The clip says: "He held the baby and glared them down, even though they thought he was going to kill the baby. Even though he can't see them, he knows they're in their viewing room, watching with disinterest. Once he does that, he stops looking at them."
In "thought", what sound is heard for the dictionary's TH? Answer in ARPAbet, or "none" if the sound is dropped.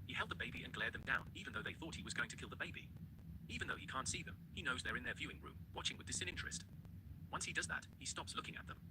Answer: TH